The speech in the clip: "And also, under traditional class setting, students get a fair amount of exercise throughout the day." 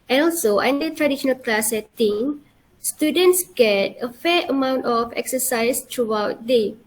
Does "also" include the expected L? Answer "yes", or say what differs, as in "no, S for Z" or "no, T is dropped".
yes